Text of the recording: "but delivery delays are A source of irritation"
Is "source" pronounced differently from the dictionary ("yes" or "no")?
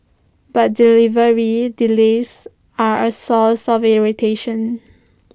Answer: yes